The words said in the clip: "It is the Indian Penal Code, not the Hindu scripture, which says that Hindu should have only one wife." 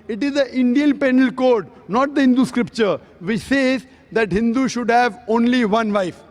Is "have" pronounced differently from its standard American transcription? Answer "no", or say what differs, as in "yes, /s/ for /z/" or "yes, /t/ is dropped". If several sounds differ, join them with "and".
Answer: no